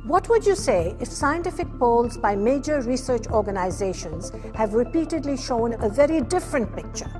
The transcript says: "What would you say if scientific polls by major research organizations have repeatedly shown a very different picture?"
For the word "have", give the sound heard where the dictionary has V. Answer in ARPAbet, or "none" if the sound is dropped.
V